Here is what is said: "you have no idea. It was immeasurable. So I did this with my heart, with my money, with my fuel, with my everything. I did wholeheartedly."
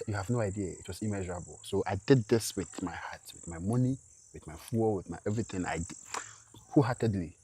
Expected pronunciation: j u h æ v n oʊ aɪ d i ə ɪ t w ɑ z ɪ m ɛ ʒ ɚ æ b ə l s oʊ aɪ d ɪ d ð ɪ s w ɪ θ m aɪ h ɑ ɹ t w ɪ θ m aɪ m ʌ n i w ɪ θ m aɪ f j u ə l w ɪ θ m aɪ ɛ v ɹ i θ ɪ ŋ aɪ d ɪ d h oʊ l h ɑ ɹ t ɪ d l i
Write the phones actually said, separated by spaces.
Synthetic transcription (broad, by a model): j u h æ v n oʊ aɪ d i ə ɪ t w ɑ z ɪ m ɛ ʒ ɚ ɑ b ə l s oʊ aɪ d ɪ d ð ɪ s w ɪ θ m aɪ h ɑ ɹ t w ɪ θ m aɪ m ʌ n i w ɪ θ m aɪ f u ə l w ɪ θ m aɪ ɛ v ɹ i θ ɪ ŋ aɪ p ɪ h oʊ h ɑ t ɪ d l i